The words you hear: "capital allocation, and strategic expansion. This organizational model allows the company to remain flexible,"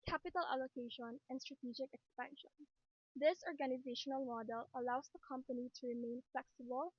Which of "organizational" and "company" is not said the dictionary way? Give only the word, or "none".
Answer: none